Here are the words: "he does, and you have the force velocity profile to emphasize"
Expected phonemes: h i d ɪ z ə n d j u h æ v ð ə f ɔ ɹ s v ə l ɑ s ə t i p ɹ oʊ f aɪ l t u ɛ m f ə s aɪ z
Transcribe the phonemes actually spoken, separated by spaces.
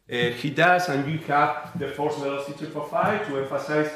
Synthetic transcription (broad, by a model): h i d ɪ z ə n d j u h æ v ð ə f ɔ ɹ s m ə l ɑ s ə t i f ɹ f aɪ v t u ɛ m f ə s aɪ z